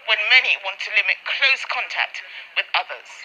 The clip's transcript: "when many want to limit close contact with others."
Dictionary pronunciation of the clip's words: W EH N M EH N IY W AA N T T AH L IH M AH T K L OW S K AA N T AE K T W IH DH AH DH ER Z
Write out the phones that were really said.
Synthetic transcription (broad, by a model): W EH N M EH N IY W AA N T T AH L IH M AH T K L OW S K AA N T AE K T W IH DH AH DH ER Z